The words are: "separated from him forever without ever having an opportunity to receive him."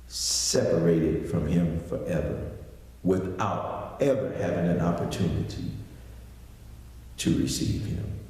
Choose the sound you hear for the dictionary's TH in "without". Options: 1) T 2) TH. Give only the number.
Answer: 2